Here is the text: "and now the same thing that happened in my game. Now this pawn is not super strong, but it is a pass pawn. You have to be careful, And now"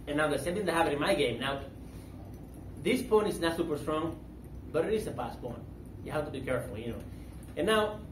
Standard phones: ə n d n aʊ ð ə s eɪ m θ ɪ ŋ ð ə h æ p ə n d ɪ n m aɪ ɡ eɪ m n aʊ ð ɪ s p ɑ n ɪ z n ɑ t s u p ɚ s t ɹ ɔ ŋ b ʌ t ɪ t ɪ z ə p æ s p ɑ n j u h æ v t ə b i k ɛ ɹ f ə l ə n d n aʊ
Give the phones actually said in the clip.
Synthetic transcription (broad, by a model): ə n n aʊ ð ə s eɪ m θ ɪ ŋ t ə h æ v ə d ɪ n m aɪ ɡ eɪ m n aʊ ð ɪ s p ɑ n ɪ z n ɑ t s u p ɚ s t ɹ ɔ ŋ b ʌ t ɪ t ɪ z ə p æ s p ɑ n j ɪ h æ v t ə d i k ɛ ɹ f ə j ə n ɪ n aʊ